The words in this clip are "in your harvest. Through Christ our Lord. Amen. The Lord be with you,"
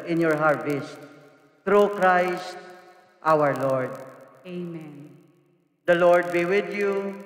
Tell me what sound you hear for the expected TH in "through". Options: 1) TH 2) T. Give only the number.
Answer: 2